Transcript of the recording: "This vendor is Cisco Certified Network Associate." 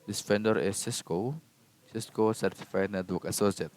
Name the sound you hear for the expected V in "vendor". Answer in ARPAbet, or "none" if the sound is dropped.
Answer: F